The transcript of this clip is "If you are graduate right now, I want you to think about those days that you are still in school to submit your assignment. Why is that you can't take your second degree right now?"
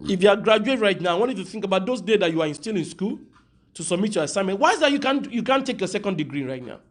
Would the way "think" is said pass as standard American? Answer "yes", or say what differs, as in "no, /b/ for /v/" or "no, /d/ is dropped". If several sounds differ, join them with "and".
yes